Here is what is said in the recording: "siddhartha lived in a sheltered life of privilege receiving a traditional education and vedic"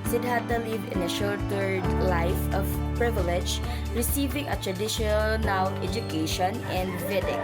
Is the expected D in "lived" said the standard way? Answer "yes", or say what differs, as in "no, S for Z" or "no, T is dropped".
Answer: no, D is dropped